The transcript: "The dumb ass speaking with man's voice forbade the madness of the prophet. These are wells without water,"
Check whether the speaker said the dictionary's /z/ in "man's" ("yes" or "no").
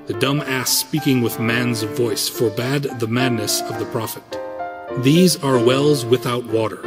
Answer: yes